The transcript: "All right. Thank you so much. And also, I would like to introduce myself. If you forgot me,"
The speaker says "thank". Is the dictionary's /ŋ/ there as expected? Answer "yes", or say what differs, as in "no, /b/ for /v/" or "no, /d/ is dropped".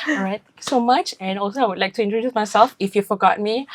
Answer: no, /ŋ/ is dropped